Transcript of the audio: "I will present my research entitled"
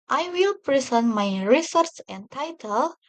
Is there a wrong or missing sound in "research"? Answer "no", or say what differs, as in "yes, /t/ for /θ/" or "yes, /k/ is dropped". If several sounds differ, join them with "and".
yes, /s/ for /tʃ/